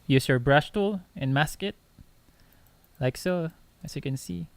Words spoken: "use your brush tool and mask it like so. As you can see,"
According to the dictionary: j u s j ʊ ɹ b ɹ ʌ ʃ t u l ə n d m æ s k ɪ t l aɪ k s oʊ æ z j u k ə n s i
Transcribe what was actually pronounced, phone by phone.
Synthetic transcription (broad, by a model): j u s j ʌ ɹ b ɹ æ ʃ t u l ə n m æ s k ɪ t l aɪ k s oʊ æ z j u k ə n s i